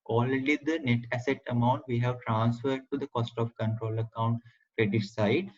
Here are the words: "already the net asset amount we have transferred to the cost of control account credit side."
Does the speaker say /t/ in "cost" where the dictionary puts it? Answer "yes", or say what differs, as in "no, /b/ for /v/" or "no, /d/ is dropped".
yes